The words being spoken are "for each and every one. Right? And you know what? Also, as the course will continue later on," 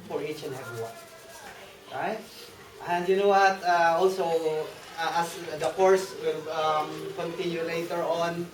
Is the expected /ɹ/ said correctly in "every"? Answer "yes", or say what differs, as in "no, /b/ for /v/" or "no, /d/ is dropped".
no, /ɹ/ is dropped